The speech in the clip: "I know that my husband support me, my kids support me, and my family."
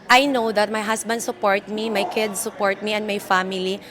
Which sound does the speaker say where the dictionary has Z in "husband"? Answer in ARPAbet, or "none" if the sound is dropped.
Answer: S